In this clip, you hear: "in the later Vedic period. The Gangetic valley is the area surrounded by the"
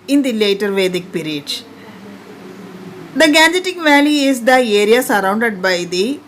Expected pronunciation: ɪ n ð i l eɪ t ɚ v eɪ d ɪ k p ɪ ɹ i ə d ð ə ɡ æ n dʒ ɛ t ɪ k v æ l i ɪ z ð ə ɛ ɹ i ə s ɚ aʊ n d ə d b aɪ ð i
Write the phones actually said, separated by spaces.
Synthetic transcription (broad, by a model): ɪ n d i l eɪ t ɚ v eɪ d ɪ k p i ɹ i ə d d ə ɡ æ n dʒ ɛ t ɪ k v æ l i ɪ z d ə ɛ ɹ i ə s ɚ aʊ n d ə d b aɪ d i